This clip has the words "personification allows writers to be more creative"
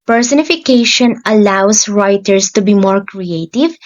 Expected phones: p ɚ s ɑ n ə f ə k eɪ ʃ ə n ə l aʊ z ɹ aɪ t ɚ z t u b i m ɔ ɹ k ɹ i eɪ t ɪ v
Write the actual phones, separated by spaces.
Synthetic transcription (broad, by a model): p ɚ s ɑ n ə f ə k eɪ ʃ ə n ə l aʊ s ɹ aɪ t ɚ s t u b i m ɔ ɹ k ɹ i eɪ t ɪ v